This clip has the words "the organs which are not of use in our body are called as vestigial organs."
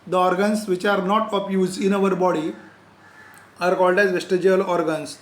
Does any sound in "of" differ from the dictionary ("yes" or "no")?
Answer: yes